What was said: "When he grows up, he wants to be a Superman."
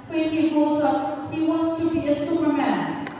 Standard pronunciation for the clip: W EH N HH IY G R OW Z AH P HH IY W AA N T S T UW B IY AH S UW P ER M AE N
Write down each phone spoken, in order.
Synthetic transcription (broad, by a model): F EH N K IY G OW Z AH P HH IY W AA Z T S T UW B IY AH S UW P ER M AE N